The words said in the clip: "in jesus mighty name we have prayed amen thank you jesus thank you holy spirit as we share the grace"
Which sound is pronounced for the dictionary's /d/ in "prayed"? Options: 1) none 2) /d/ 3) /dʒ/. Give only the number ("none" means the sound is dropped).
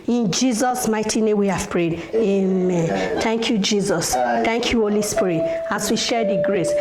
2